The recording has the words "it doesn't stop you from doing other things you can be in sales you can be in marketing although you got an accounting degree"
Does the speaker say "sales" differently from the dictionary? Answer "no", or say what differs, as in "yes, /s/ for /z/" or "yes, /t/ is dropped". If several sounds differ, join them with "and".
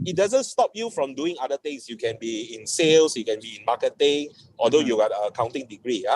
yes, /s/ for /z/